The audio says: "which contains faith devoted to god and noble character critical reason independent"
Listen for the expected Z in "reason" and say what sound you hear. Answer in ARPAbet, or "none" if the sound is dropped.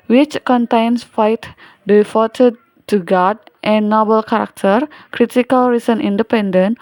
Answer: S